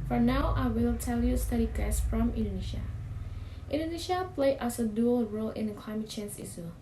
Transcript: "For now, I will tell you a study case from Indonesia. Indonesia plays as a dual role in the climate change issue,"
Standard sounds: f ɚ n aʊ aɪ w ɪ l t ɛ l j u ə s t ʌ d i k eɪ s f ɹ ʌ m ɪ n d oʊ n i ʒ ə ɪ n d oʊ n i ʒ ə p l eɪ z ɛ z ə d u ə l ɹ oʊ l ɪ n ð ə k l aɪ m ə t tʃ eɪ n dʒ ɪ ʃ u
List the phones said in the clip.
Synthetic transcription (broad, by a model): f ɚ n aʊ aɪ w ɪ l t ɛ l j u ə s t ʌ d i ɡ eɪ s f ɹ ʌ m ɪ n d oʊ n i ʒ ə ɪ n d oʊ n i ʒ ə p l eɪ ʌ s ə d u ə l ɹ oʊ l ɪ n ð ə k l aɪ m ə t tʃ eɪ n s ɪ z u